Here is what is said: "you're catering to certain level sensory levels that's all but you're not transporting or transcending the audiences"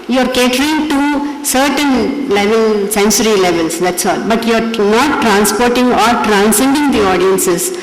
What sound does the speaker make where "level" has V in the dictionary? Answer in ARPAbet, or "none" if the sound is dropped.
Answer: V